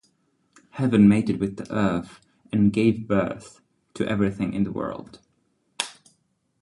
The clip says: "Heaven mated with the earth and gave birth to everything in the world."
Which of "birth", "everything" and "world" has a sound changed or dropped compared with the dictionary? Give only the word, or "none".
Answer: none